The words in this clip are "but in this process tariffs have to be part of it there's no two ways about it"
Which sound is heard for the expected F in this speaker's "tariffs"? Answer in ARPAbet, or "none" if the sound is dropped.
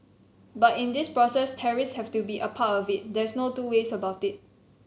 none